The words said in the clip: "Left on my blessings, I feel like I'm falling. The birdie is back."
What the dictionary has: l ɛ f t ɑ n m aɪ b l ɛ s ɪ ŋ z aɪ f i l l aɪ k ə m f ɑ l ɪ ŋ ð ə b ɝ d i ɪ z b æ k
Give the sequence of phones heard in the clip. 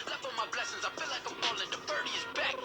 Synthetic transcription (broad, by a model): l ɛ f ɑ m aɪ b l ɛ s ɪ ŋ z aɪ f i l l aɪ k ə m p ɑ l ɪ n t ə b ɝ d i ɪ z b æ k